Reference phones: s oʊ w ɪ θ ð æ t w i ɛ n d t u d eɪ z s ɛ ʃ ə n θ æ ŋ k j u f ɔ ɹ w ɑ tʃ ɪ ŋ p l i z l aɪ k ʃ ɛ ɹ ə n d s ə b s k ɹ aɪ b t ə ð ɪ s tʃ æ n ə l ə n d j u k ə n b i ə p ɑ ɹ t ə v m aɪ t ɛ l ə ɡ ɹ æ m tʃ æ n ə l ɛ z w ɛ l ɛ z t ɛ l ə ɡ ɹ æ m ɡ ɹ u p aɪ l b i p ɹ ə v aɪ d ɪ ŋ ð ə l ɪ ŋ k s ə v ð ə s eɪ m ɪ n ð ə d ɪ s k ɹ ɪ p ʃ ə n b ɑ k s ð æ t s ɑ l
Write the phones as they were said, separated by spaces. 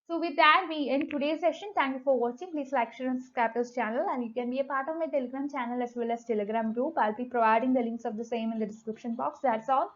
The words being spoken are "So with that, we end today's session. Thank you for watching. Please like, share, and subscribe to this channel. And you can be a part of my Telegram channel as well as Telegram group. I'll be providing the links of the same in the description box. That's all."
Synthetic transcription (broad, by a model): s oʊ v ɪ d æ t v i ɛ n d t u d eɪ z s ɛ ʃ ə n t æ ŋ k j u f ɔ ɹ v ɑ tʃ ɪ ŋ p l i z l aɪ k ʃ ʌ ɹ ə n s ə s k aɪ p t ə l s tʃ æ n ə l ə n d j u k ə n b i ə p ɑ ɹ t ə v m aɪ t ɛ l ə ɡ ɹ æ m tʃ æ n ə l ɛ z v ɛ l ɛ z t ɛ l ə ɡ ɹ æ m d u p aɪ l b i p ɹ ə v aɪ d ɪ ŋ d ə l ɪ ŋ k s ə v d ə s eɪ m ɪ n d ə d ɪ s k ɹ ɪ p ʃ ə n b ɑ k s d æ t s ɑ l